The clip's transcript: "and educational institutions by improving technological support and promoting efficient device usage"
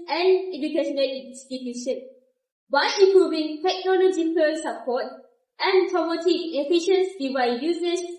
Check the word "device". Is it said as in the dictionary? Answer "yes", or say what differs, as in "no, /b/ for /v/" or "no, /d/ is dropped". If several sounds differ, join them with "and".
no, /s/ is dropped